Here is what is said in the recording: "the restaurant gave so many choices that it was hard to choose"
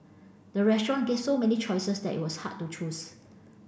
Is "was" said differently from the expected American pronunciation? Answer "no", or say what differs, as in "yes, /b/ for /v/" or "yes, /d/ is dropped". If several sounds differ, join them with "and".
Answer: yes, /s/ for /z/